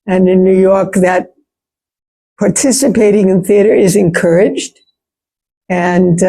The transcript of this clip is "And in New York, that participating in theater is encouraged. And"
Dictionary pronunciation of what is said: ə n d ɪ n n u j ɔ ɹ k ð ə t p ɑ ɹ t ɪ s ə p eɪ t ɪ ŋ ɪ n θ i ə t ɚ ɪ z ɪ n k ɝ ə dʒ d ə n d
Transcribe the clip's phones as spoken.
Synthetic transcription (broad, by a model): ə n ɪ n n u j ɔ ɹ k ð ə t p ɑ ɹ t ɪ s ə p eɪ t ɪ ŋ ɪ n θ i ə t ɚ ɪ z ɪ n k ɝ ə dʒ d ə n